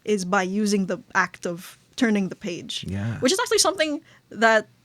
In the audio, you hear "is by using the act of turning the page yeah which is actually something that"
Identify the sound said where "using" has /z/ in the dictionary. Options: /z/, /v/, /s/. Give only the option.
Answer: /z/